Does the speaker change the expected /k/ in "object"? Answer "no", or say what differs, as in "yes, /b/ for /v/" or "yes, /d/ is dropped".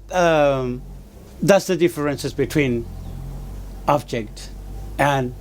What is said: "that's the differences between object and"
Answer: no